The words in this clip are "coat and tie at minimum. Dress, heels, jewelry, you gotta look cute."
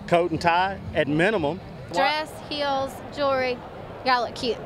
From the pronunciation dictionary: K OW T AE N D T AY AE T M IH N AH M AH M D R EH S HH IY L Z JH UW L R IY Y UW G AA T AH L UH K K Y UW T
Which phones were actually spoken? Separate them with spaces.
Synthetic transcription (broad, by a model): K OW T N T AY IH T M IH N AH M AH M D R EH S HH IY L Z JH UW R IY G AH L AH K K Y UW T